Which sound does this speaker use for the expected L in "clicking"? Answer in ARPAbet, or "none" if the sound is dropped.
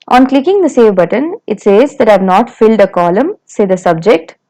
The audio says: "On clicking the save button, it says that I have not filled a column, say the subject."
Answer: L